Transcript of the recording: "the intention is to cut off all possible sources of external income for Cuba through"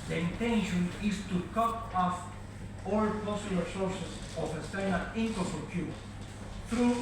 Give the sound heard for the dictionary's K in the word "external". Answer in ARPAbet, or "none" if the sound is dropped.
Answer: none